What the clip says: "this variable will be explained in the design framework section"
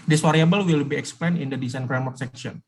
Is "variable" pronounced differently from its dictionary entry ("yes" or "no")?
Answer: yes